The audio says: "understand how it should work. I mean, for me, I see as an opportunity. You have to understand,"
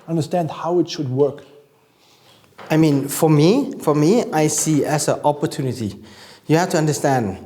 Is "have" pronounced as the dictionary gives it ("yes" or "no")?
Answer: no